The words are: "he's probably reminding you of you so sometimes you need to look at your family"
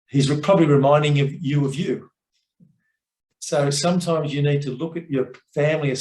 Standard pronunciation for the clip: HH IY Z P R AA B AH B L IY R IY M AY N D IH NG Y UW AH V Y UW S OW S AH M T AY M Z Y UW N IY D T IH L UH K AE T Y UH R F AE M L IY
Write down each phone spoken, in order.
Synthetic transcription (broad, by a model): HH IY Z P R AA B AH B L IY R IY M AY N D IH NG Y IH AH V Y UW S OW S AH M T AY M Z Y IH N IY D T IH L UH K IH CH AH R F AE M L IY